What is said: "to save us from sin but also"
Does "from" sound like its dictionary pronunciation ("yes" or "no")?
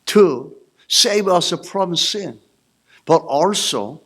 no